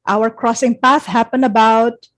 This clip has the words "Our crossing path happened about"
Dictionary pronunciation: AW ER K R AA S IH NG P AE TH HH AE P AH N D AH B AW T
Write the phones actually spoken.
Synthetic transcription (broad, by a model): AW ER K R AA S IH NG P AE TH HH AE P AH N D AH B AW T